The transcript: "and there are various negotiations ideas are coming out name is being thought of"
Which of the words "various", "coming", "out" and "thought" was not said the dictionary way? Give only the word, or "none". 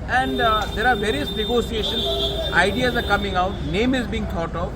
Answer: thought